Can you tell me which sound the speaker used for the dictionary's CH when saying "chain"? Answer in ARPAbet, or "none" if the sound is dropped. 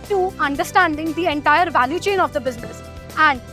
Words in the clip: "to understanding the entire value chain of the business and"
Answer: CH